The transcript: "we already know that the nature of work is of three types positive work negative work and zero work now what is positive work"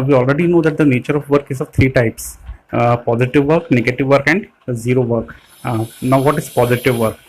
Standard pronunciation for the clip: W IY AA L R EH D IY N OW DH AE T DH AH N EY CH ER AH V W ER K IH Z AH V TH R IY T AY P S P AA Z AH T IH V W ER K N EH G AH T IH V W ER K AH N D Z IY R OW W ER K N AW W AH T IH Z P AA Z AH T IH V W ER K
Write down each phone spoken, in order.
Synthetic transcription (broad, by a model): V IY AA L R EH D IY N OW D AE T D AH N EY CH ER AH V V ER K IH Z AH V T R IY T AY P S P AA Z AH T IH V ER K N EH G AH T IH V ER K AH N D Z IY R OW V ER K N AW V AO T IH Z P AA Z AH T IH V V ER K